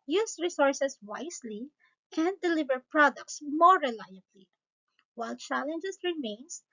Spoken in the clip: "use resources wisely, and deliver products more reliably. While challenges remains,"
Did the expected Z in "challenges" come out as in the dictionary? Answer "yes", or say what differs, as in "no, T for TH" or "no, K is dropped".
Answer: no, S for Z